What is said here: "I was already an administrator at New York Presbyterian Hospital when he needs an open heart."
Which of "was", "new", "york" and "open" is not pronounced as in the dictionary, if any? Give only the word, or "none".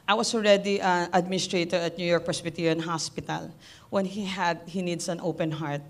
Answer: was